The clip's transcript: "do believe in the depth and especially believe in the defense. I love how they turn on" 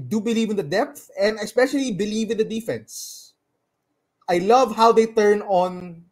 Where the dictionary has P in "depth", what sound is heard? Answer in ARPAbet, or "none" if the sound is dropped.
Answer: P